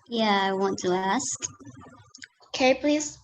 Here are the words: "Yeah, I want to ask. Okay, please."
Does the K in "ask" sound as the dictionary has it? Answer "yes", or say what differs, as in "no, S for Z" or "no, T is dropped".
yes